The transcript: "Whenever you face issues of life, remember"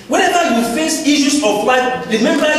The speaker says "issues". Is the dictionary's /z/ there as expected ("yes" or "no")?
no